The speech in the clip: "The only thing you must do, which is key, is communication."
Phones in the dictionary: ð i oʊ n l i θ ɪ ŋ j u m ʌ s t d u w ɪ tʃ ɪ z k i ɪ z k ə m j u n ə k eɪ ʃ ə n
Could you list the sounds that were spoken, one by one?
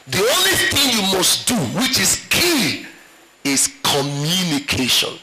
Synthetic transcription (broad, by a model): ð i oʊ n l i θ ɪ ŋ j u m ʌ s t d u w ɪ tʃ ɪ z k i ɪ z k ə m j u n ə k eɪ ʃ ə n